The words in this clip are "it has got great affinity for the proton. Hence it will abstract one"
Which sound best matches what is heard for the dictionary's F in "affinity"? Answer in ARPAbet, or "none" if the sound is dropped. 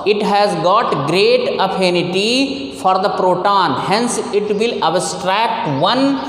P